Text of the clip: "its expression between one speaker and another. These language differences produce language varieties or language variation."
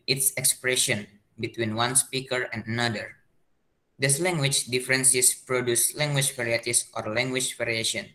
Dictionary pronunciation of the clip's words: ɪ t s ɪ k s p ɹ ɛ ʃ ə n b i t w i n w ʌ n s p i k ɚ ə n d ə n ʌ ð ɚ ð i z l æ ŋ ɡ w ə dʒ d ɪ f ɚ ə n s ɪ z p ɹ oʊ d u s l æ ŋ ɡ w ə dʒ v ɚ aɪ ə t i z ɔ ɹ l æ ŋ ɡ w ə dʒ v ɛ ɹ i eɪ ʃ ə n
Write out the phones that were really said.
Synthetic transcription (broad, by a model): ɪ t s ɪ k s p ɹ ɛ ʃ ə n b i t w i n w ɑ n s p i k ɚ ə n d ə n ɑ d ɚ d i s l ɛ ŋ ɡ w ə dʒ d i f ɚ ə n s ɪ s p ɹ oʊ d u s l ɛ ŋ ɡ w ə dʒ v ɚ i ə t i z ɔ ɹ l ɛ ŋ ɡ w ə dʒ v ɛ ɹ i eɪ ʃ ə n